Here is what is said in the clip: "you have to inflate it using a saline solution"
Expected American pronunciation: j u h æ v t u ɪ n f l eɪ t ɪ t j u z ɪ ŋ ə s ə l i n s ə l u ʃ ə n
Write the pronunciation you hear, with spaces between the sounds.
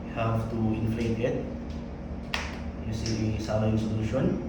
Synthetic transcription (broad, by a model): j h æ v t u ɪ n f l eɪ t ɪ t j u s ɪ s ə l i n s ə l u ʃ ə n